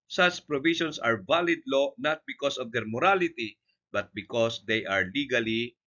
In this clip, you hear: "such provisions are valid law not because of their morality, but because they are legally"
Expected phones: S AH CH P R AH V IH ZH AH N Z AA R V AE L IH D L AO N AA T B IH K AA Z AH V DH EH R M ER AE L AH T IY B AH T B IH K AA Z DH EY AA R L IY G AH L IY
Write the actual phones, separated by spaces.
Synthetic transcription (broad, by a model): S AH CH P R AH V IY SH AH N S AA R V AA L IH D L AO N AA T B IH K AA S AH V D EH R M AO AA L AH T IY B AH T B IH K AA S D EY AA R L IY G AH L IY